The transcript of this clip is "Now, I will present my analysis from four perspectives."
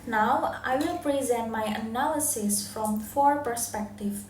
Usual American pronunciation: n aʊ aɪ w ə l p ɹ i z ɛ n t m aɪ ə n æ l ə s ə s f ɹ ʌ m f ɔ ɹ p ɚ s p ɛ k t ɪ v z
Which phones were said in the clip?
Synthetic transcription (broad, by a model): n aʊ aɪ w ə l p ɹ i z ɛ n t m aɪ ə n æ l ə s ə s f ɹ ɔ m f ɔ ɹ p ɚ s p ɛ k t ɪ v